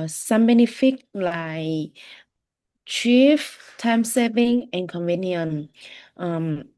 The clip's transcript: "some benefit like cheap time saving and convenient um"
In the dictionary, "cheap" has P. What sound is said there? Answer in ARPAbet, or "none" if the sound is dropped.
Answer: F